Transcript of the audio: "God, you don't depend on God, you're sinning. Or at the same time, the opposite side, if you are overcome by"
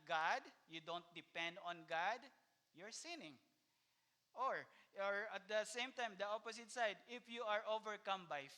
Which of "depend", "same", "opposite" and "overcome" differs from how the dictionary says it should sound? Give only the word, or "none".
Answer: opposite